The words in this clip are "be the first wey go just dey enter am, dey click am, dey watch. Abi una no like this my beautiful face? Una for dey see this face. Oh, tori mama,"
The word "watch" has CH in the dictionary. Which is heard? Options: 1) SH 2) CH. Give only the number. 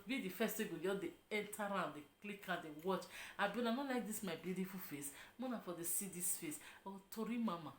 2